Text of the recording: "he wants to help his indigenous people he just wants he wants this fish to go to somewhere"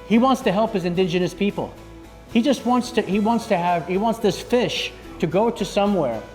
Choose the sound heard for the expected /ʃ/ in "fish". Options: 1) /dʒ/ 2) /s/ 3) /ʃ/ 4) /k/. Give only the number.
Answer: 3